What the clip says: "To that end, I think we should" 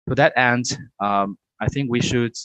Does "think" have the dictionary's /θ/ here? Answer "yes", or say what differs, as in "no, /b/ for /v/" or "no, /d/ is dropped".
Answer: yes